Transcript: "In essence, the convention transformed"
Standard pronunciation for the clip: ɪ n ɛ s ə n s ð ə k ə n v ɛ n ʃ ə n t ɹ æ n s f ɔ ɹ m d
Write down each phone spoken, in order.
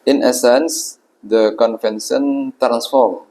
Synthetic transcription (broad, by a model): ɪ n ɛ s ə n s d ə k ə n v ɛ n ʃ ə n t ɹ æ n s f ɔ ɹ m